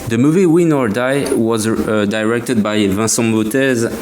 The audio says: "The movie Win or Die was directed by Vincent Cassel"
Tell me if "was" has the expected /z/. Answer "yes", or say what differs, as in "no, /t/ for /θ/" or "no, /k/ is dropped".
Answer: yes